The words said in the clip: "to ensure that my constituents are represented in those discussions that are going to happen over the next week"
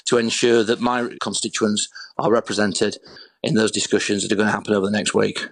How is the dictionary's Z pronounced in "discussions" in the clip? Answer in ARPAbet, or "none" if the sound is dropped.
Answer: Z